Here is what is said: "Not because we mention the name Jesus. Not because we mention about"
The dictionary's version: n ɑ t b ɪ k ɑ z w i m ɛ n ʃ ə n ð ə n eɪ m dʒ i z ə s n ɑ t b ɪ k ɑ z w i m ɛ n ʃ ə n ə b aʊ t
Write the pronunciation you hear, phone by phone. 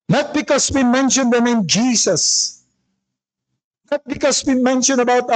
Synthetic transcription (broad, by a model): n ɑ t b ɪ k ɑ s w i m ɛ n ʃ ə n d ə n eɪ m dʒ i s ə s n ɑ t b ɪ k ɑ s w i m ɛ n ʃ ə n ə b aʊ t